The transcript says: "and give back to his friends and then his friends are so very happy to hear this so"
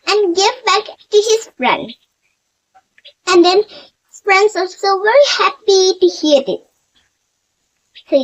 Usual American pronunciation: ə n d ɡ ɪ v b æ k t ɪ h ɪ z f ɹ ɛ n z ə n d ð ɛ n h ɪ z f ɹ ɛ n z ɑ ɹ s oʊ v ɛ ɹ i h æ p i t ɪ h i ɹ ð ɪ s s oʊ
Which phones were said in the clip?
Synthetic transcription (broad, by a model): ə n ɡ ɪ v b æ k t ɪ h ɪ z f ɹ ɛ n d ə n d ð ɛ n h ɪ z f ɹ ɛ n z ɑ l s oʊ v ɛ ɹ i h æ p i t ɪ h i ɹ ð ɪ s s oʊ